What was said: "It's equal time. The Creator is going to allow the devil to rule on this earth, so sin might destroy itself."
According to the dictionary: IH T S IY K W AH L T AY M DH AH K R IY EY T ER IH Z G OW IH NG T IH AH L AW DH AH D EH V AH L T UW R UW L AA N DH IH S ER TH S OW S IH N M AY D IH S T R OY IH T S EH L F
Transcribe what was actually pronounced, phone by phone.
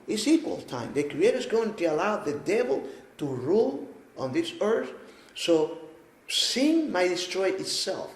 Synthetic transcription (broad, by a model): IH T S IY K W AH L T AY M DH AH K R IY EY T ER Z G OW IH NG T IH AH L AW DH AH D EH V AH L T UW R UW L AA N DH IH S ER TH S OW S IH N M AY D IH S T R OY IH T S EH L F